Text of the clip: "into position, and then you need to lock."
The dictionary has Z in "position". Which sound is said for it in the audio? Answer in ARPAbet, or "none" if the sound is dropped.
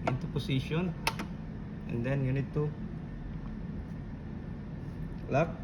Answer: S